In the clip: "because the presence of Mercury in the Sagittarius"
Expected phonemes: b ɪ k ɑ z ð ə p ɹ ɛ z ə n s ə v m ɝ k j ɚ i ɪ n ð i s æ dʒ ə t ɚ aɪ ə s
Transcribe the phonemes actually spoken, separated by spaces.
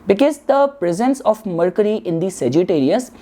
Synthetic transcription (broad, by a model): b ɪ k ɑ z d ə p ɹ ɛ z ə n s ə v m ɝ k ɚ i ɪ n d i s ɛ dʒ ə t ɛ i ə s